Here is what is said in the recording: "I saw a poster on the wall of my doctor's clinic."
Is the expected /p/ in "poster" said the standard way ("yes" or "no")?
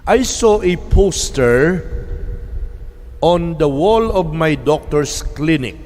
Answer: yes